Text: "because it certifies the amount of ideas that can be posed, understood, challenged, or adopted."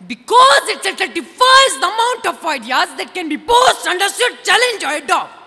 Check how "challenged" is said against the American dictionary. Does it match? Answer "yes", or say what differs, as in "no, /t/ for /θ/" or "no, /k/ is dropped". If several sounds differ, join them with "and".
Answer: no, /d/ is dropped